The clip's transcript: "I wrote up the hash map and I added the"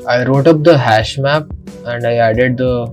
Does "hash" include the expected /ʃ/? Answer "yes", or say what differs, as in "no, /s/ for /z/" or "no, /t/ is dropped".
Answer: yes